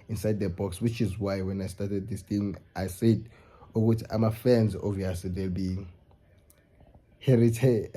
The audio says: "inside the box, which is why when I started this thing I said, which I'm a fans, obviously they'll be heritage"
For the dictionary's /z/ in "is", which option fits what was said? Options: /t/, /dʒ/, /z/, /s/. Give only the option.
/z/